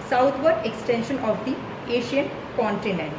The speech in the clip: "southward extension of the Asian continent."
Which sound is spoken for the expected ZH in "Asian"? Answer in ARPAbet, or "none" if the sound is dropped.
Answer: SH